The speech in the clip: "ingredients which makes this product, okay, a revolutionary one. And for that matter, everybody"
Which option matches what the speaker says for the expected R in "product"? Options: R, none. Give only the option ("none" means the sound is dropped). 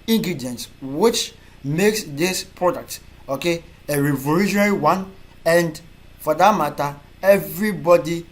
R